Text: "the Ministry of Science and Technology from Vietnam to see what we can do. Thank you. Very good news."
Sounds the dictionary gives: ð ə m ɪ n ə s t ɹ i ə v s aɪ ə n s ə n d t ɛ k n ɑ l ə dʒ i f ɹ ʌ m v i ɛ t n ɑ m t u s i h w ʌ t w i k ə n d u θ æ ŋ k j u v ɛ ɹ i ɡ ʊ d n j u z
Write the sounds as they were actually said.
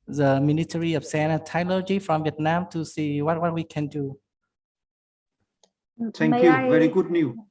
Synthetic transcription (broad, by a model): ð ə m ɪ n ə t ɹ i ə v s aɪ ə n ə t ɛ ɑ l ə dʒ i f ɹ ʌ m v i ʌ t n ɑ m t u s i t w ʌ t w i k ə n d u t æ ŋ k j u v ɛ ɹ i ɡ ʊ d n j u